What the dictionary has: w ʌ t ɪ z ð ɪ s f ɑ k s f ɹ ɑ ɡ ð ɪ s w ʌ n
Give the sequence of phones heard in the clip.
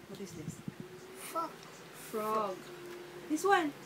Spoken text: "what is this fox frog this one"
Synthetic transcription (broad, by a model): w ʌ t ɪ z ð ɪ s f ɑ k f ɹ ɑ ɡ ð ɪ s w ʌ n